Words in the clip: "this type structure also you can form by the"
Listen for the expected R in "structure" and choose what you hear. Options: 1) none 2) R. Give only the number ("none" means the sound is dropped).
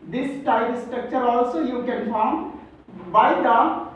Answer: 2